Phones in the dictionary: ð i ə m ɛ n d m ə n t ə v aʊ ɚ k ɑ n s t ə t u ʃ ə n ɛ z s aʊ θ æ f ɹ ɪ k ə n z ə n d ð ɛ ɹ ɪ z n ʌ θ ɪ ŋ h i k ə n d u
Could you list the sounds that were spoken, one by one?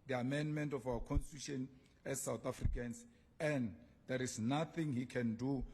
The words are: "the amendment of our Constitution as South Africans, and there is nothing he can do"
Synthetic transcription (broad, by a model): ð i ə m ɛ n d m ə n t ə f aʊ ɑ k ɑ n s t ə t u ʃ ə n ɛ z s aʊ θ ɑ f ɹ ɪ k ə n s ə n d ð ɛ ɹ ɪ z n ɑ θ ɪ ŋ h i k ə n d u